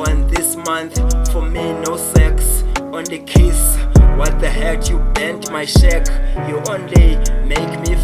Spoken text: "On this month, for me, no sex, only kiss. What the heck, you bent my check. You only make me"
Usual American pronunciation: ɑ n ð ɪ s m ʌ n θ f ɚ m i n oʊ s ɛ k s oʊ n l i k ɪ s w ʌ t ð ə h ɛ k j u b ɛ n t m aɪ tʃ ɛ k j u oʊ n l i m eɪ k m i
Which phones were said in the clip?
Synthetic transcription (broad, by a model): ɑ n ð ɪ s m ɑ n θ f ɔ m i n oʊ s ɛ k s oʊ n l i k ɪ s w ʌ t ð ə h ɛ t j u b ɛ n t m aɪ ʃ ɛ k j u oʊ n l i m eɪ k m i